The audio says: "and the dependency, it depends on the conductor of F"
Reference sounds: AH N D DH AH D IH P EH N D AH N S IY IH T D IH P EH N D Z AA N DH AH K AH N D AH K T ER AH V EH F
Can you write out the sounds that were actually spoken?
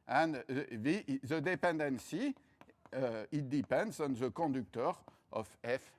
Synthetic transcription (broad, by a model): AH N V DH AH D IH P EH N D AH N S IY IH T D IH P EH N D Z AA N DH AH K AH D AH K T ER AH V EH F